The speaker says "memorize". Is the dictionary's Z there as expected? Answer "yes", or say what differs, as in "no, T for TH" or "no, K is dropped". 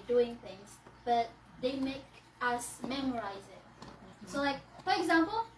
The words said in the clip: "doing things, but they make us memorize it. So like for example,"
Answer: yes